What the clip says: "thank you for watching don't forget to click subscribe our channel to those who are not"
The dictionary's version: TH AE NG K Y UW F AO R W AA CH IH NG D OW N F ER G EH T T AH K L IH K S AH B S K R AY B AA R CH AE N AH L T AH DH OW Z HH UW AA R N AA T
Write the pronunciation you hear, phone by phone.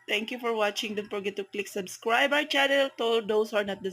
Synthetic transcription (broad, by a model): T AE NG K Y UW F AO R W AA CH IH NG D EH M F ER G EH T T AH K L IH K S AH B S K R AY B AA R CH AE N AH L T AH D OW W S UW AA R N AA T